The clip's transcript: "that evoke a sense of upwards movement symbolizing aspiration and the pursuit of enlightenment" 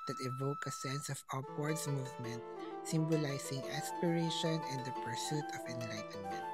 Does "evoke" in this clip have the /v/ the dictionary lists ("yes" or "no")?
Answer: yes